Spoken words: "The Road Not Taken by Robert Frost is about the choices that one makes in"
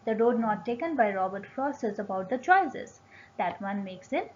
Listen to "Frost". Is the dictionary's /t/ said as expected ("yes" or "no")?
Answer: no